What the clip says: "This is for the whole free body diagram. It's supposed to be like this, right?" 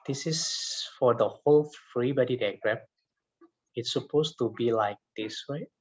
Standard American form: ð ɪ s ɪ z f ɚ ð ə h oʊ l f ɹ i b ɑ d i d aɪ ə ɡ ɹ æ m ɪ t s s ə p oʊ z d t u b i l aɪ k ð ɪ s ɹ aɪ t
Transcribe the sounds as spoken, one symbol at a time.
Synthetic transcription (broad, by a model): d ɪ s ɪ s f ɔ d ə h oʊ l f ɹ i b ɑ d i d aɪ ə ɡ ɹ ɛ ɪ t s s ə p oʊ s t u b i l aɪ k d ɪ s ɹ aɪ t